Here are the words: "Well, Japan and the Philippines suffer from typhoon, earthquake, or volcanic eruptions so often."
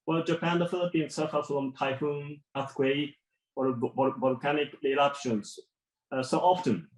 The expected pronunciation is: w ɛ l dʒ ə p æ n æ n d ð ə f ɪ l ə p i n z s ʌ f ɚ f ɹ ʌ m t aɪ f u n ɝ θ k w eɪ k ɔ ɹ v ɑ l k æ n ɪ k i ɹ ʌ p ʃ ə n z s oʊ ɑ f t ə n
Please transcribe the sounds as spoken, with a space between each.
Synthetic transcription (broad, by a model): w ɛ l dʒ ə p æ æ n d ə f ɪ l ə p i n s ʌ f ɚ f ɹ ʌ m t aɪ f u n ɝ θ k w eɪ ɔ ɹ b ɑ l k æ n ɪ k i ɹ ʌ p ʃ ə n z s oʊ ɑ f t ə n